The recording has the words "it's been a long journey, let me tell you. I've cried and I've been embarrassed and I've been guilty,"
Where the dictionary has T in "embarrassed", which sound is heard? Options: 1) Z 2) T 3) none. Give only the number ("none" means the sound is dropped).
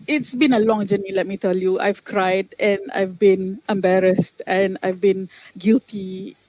2